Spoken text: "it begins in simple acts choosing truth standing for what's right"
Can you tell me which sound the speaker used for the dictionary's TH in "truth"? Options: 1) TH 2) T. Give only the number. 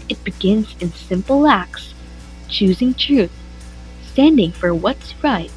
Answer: 1